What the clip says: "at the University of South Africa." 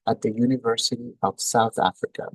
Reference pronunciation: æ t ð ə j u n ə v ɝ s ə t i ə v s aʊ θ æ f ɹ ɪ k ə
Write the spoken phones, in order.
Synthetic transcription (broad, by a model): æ t ð ə j u n ə v ɝ s ə t i ə v s aʊ θ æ f ɹ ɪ k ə